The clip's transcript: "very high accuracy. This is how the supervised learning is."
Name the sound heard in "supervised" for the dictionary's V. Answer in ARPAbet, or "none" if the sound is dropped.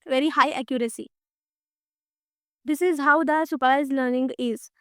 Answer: none